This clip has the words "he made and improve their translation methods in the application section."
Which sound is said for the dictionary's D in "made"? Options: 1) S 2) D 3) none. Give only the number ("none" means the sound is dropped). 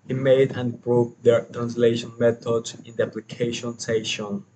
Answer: 3